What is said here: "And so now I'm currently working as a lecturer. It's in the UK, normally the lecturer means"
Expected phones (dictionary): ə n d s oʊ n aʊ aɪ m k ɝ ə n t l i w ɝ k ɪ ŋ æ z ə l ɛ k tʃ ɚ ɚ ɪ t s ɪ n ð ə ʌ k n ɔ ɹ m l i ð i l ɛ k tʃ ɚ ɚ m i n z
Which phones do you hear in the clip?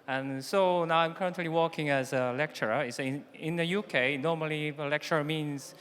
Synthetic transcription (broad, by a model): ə n s oʊ n aʊ aɪ m k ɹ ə n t l i w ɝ k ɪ ŋ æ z ə l ɛ k tʃ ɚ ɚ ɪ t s ɪ n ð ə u k n ɔ m i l i l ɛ k tʃ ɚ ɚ m i n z